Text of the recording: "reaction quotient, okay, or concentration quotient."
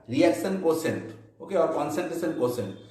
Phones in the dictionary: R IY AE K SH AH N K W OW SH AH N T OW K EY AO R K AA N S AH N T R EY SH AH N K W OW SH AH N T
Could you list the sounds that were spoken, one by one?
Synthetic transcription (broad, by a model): R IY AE K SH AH N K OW S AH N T OW K EY AO R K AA N S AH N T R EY S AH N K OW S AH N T